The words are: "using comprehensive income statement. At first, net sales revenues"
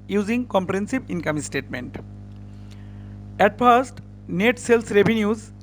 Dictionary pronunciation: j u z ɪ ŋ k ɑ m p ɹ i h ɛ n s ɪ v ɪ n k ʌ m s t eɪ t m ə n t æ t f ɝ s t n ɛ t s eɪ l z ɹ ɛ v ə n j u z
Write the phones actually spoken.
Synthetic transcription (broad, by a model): j u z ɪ ŋ k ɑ m p ɹ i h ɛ n s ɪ b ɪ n k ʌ m s t eɪ t m ə n t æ t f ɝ s t n ɛ t s eɪ l s ɹ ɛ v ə n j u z